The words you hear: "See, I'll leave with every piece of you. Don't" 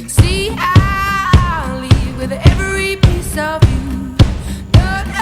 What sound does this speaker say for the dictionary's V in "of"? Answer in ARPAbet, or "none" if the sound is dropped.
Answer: V